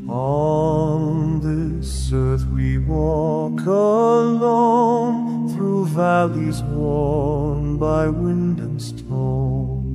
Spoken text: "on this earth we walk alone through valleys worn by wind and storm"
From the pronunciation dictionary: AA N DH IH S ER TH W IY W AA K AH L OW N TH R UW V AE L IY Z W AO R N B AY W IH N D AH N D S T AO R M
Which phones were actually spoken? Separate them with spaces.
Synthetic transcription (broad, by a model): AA N DH IH S ER TH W IY W AA K AH L OW N TH R UW V AE L IY Z W AO R N B AY W IH N D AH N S T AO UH